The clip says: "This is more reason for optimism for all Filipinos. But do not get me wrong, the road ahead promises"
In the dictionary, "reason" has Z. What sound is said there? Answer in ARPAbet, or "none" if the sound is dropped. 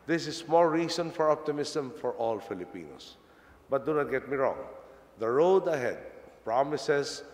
S